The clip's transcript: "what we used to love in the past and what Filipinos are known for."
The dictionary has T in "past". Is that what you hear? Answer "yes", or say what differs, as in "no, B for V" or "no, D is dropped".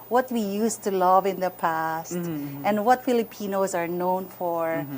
yes